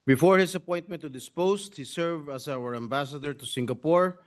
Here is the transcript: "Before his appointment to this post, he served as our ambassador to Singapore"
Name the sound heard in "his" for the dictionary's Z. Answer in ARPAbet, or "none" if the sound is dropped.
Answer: S